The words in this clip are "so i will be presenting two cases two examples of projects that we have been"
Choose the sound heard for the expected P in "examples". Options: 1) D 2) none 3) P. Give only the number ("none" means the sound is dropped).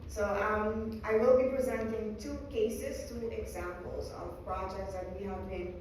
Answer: 3